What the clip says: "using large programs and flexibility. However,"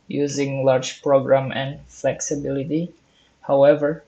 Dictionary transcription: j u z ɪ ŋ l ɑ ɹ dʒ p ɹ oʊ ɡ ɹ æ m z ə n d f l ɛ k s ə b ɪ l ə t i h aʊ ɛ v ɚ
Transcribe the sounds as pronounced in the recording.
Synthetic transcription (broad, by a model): j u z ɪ ŋ l ɑ ɹ dʒ p ɹ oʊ ɡ ɹ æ m ə n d f l ɛ k s ə b ɪ l ə t i h aʊ ɛ v ɚ